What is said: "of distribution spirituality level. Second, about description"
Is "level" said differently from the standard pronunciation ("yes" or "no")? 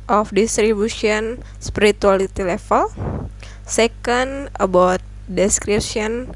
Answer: yes